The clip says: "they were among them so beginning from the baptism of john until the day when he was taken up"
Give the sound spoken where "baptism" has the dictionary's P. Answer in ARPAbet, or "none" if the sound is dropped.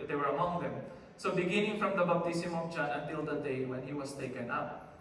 B